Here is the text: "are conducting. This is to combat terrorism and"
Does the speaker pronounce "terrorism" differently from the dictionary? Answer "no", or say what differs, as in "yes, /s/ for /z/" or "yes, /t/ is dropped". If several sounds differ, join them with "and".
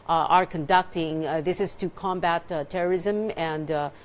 no